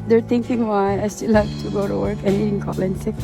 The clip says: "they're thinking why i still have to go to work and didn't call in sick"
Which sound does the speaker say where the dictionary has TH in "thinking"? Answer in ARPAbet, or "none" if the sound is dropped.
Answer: T